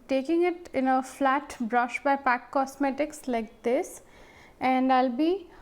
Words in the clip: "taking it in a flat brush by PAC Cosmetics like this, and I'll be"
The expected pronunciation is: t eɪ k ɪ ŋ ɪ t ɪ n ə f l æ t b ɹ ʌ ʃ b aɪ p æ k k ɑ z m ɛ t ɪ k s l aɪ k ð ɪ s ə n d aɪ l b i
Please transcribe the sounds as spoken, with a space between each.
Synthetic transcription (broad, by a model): t eɪ k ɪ ŋ ɪ t ɪ n ə f l æ t b ɹ ʌ ʃ b aɪ p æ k k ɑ s m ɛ t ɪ k s l aɪ k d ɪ s ə n d aɪ l b i